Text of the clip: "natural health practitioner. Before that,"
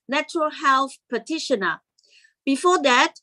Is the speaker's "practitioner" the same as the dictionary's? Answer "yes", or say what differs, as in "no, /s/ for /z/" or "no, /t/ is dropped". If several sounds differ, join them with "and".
no, /ɹ/ is dropped and /k/ is dropped